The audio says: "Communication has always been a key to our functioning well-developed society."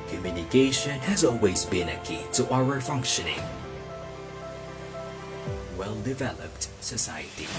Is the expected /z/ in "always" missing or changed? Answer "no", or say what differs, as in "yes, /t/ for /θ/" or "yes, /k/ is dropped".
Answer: no